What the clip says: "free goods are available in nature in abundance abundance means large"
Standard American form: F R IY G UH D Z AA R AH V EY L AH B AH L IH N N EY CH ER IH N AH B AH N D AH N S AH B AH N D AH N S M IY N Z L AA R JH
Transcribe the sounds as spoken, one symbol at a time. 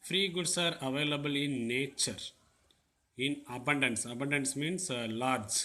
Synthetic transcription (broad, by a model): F R IY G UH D S AA R AH V EY L AH B AH L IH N N EY CH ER IH N AH B AH N D AH N S AH B AH N D AH N S M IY N S L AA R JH